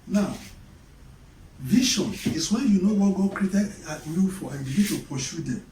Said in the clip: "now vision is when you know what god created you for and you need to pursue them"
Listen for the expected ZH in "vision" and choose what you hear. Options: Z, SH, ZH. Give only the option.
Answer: SH